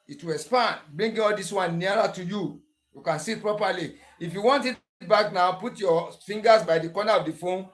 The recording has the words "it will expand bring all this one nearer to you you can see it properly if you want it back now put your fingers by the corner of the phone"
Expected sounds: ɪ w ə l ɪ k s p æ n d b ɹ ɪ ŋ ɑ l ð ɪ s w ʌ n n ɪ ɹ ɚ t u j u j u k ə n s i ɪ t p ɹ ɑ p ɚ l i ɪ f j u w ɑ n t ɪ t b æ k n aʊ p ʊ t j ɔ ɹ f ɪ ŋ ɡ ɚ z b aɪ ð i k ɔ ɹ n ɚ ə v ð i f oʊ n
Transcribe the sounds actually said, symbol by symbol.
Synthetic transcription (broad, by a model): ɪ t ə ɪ s p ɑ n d b ɹ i ŋ ɑ l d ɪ s w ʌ n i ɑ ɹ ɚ t u j u j u k ə n s i t p ɹ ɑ p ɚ l i ɪ f j u w ɑ n t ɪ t b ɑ k n aʊ p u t j ɔ f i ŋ ɡ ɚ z b aɪ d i k ɔ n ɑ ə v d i f oʊ n